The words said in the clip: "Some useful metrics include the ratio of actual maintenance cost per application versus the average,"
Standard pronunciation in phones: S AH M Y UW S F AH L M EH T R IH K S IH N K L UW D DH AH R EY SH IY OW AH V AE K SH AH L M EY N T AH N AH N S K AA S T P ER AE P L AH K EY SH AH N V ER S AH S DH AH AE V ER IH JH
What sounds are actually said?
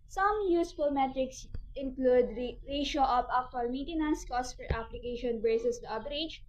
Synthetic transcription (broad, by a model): S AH M Y UW S F AH L M EH T R IH K S IH N K L UW D R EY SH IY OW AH P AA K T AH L M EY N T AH N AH N S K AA S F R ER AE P L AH K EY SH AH N B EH S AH S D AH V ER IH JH